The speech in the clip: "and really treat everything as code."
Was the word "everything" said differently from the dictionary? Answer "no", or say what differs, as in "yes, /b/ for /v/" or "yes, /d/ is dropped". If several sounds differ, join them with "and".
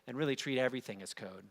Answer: no